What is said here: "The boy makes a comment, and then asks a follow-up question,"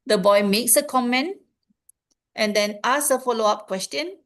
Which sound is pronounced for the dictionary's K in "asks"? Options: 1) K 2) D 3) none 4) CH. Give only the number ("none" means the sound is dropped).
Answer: 3